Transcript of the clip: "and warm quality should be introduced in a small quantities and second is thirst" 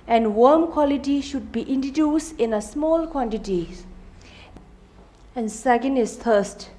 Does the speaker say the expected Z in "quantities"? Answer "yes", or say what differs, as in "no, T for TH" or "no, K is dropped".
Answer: no, Z is dropped